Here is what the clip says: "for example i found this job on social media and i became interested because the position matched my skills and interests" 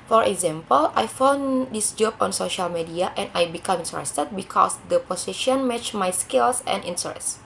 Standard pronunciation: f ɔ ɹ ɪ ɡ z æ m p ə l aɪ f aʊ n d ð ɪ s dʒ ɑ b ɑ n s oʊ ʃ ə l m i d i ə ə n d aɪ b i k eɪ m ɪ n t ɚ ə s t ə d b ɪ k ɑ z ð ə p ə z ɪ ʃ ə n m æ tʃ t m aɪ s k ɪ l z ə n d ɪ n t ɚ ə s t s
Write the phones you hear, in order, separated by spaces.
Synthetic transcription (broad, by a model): f ɔ ɹ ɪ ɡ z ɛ m p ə l aɪ f aʊ n d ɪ s dʒ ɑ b ɑ n s oʊ ʃ ə l m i d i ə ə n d aɪ b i k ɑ m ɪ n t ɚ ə s t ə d b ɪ k ɑ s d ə p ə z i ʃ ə n m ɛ tʃ m aɪ s k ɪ l s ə n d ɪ n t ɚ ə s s